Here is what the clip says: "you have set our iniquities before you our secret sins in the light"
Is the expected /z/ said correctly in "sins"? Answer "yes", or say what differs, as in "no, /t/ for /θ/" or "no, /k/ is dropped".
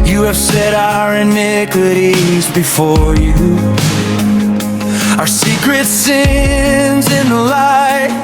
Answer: yes